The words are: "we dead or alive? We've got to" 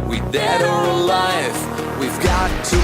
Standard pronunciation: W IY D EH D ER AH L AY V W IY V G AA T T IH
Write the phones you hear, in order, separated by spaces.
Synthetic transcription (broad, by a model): W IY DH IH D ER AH L AY F W IY V G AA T T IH